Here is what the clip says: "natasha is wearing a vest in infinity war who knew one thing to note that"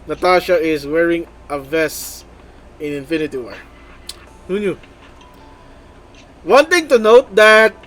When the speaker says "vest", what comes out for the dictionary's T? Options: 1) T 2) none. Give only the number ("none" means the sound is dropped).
2